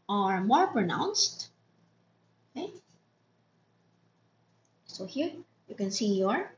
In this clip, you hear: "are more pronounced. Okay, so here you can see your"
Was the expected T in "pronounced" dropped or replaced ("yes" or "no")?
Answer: no